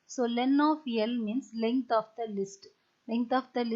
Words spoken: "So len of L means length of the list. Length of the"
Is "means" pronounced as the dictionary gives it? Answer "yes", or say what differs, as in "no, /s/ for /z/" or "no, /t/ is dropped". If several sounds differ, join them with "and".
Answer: no, /s/ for /z/